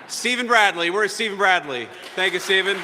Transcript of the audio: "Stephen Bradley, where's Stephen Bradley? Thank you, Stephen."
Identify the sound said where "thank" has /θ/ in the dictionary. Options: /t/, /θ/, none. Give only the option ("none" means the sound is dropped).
/θ/